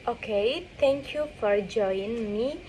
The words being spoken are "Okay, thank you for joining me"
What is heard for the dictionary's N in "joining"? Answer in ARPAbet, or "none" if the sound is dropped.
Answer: none